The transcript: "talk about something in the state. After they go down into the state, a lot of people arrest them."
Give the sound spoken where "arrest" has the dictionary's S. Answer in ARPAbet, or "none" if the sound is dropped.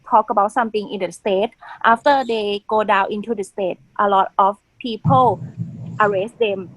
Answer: S